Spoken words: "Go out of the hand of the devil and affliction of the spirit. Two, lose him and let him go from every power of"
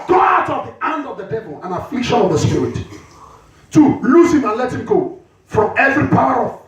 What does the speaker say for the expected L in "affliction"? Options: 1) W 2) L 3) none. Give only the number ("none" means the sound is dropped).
2